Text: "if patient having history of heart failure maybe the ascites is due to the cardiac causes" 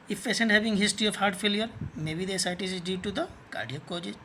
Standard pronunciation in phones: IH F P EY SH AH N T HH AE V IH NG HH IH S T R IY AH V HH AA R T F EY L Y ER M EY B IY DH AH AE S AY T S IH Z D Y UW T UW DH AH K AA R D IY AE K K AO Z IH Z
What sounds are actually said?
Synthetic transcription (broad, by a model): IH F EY S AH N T HH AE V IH NG HH IH S T R IY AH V HH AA R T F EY L Y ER M EY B IY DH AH S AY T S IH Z D Y UW T UW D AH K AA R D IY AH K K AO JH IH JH